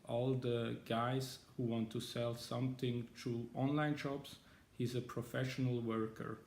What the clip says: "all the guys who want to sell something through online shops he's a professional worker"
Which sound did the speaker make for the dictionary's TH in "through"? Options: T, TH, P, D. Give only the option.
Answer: T